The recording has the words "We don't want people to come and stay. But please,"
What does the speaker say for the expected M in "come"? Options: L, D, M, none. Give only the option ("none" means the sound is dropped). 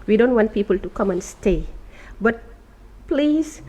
M